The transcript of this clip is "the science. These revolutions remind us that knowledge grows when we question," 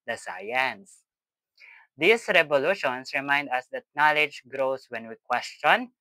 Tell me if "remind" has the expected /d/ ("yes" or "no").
yes